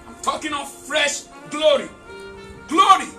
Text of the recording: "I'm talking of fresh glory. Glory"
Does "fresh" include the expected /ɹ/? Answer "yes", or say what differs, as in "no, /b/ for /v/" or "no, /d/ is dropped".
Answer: yes